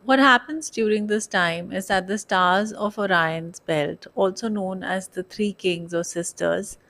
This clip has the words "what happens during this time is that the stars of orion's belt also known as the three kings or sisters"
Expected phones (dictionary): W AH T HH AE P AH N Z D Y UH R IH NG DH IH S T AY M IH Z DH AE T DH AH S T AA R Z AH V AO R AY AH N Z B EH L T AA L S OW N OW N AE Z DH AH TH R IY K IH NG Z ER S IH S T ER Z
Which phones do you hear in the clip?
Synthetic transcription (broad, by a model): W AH T HH AE P AH N Z D Y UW R IH NG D IH S T AY M IH Z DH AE T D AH S T AA R Z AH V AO R AY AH N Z B EH L T AA L S OW N OW N AE Z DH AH T R IY K IH NG Z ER S IH S T ER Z